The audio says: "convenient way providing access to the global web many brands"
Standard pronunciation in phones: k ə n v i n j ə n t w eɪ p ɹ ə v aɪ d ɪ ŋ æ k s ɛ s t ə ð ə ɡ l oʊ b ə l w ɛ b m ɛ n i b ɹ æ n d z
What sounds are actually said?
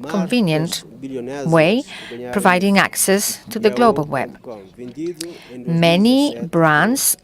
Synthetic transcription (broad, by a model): k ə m v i n j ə n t w eɪ p ɹ ə v aɪ d ɪ ŋ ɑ k s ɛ s t ə ð ə ɡ l oʊ b ə l w ɛ b m ɛ n i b ɹ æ n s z